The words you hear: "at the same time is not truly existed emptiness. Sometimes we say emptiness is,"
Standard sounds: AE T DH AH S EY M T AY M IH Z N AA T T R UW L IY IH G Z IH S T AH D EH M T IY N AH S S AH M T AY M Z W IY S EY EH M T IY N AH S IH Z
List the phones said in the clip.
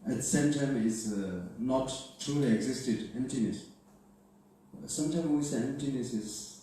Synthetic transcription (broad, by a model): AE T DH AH S EY M T AY M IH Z N AA T T R UW L IY IH G Z IH S T AH D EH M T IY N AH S S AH M T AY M W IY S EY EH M T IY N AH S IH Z